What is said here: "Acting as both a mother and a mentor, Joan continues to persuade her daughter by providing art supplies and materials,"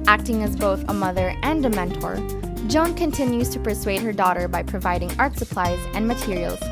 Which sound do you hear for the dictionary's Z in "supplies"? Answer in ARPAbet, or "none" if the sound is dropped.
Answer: Z